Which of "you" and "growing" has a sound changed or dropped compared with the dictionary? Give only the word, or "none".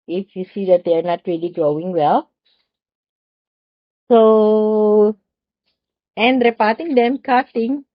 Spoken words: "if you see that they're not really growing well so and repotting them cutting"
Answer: none